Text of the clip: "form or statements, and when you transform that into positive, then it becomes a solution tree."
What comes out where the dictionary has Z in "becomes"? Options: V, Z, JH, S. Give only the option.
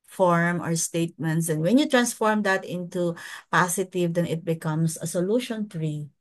S